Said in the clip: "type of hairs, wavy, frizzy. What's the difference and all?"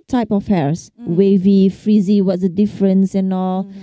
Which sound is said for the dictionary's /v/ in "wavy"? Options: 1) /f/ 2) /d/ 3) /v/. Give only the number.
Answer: 3